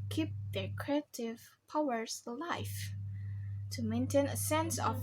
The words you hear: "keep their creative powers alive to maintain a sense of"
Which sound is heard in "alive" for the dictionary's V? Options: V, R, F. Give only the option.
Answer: F